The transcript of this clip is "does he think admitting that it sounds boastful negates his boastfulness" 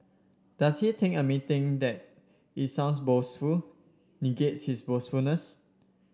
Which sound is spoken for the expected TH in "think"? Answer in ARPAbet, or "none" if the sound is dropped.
T